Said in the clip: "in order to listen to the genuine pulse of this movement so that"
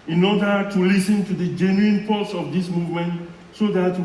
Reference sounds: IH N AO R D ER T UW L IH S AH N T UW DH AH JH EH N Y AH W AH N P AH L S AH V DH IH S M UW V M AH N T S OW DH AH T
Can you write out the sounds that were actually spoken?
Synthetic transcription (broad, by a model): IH N AO D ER T UW L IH S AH N T UW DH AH JH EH N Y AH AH N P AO S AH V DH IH S M UW V M AH N T S OW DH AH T